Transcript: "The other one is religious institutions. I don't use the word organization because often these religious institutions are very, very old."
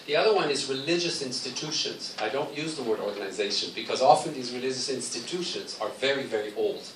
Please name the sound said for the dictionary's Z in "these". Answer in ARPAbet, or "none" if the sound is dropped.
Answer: Z